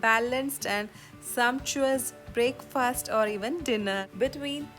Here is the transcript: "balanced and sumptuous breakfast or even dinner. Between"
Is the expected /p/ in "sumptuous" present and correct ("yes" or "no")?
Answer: yes